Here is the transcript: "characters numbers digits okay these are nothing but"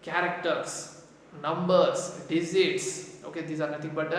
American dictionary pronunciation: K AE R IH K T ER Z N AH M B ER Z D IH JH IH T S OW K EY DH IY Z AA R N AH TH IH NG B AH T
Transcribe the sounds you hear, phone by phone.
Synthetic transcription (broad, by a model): K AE R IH K T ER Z N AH M B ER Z D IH Z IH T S OW K EY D IY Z AA R N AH T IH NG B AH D